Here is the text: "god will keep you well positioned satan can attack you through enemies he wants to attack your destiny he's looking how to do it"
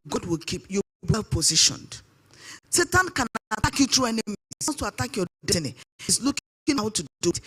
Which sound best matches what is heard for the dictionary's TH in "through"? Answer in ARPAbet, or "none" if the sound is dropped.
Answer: T